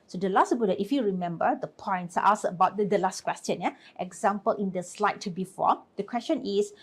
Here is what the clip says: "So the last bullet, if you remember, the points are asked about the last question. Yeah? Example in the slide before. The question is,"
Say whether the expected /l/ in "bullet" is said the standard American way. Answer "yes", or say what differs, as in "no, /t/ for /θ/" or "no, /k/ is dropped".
no, /l/ is dropped